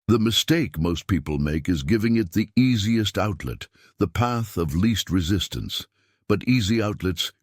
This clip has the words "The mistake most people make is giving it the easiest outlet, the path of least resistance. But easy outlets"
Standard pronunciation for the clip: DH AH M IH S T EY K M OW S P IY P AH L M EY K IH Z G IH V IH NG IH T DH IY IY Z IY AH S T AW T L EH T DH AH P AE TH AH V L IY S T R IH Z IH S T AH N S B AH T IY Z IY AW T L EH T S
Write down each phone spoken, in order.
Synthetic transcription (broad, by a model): DH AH M IH S T EY K M OW S P IY P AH L M EY K IH Z G IH V IH NG IH T DH IY IY Z IY AH S T AW T L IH T DH AH P AE TH AH V L IY S T R IH Z IH S T AH N S B AH T IY Z IY AW T L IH T S